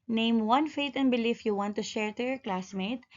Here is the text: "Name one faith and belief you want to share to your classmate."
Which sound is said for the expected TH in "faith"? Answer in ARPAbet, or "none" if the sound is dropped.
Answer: T